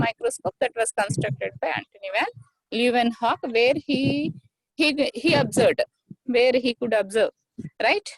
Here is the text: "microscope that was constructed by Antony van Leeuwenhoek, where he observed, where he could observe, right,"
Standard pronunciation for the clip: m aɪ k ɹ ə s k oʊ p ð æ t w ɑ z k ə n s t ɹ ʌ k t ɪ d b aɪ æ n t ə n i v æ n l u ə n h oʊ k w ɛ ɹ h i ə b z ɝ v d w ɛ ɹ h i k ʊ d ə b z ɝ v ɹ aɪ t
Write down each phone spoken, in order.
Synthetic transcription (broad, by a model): m aɪ k ɹ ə s k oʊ p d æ t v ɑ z k ə n s t ɹ ʌ k t ɪ d b aɪ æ n t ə n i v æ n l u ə n h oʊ k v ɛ ɹ h i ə b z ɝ d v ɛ ɹ h i k ʊ d ə b z ɝ v ɹ aɪ t